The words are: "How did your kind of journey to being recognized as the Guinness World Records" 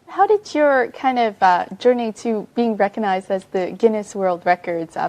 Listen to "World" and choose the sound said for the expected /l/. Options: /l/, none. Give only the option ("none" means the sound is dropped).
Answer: /l/